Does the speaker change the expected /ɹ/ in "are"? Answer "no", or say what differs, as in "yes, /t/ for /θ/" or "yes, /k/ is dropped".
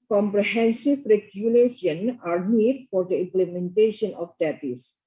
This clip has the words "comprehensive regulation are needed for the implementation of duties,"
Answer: no